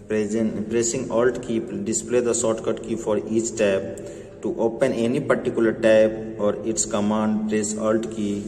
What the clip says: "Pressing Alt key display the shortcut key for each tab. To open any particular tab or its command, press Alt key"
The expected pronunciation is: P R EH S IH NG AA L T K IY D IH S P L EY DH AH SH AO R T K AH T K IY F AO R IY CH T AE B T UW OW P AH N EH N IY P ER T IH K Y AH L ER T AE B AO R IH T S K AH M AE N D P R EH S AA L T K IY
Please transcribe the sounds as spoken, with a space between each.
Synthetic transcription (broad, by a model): P R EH S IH NG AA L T K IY D IH S P L EY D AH S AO T K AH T K IY F AO R IY CH T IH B T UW OW P AH N EH N IY P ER T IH K Y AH L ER T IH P AO R IH T S K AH M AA N D P R EH S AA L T K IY